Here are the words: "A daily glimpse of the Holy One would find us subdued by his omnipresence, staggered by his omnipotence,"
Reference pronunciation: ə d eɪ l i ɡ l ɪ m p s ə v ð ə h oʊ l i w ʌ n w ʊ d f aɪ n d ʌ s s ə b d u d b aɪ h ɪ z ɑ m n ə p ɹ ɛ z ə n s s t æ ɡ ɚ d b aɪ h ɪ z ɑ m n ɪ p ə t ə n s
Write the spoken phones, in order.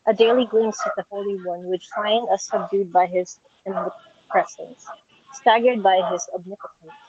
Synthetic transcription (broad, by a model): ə d eɪ l i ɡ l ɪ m s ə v ð ə h oʊ l i w ʌ n w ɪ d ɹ aɪ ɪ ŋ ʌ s s ə b d u d b aɪ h ɪ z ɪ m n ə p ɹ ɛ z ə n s s t æ ɡ ɚ d b aɪ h ɪ z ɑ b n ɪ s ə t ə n